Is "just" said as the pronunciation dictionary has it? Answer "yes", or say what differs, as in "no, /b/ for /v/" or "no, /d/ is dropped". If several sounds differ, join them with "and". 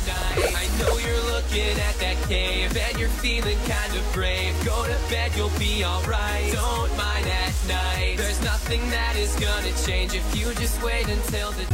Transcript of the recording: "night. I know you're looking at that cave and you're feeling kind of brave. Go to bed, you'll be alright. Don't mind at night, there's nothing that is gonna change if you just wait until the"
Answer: yes